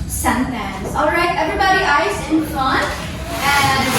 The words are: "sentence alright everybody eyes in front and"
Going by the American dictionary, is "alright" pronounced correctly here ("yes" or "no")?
yes